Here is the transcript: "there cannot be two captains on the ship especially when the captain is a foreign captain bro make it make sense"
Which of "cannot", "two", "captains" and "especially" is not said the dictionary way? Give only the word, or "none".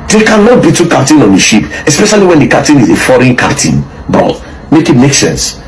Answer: captains